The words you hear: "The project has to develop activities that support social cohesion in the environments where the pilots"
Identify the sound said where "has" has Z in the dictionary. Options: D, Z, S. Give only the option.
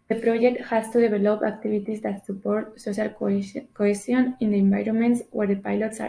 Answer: S